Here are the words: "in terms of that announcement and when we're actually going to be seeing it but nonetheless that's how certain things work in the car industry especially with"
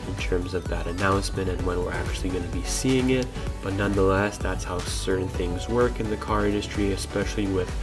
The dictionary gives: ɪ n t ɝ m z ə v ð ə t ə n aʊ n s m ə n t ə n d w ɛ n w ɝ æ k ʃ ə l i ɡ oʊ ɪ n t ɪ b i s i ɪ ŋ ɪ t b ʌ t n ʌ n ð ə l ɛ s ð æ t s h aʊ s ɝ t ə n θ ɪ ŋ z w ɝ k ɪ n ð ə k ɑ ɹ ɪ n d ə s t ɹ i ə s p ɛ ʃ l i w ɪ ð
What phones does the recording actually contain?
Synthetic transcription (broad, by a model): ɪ n t ɝ m z ə v ð ə t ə n aʊ n s m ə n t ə n w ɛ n w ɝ æ k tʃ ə l i ɡ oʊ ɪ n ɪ b i s i ɪ ŋ ɪ t b ʌ t n ʌ n ð ə l ɛ s ð æ t s h aʊ s ɝ t n θ ɪ ŋ z w ɝ k ɪ n ð ə k ɑ ɹ ɪ n d ə s t ɹ i ə s p ɛ ʃ l i w ɪ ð